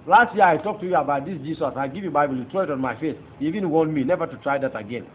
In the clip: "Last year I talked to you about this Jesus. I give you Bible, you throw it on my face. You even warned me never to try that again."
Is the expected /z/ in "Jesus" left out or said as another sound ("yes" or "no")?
yes